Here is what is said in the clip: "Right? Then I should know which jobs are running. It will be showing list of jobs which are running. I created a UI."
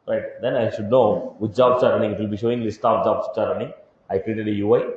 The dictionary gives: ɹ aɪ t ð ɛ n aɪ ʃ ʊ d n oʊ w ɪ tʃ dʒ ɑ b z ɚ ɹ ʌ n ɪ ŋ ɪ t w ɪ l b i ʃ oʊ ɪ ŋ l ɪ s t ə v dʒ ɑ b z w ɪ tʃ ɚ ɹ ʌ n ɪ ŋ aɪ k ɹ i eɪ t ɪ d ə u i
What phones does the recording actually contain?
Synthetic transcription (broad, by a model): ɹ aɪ t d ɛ n aɪ ʃ ʊ d n oʊ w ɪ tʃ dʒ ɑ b s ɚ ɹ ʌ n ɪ ŋ ɪ t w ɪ l b i ʃ oʊ ɪ ŋ l ɪ s t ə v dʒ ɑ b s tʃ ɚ ɹ ʌ n ɪ ŋ aɪ k ɹ i eɪ t ɪ d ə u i